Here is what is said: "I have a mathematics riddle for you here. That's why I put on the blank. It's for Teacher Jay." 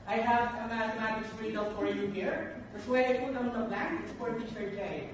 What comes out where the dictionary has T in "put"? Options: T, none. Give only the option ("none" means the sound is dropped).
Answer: none